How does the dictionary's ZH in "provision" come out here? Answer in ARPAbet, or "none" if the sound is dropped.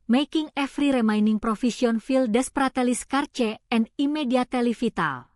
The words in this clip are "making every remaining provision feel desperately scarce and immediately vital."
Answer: S